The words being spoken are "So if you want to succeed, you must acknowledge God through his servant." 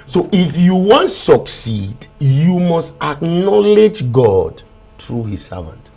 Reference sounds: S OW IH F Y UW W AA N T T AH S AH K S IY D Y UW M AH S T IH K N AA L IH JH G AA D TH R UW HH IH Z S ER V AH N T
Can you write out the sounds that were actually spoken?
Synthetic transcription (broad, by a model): S OW IH F Y UW W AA N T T S AH K S IY D Y UW M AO S T IH K N AA L IH JH G AA D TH R UW HH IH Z S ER V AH N T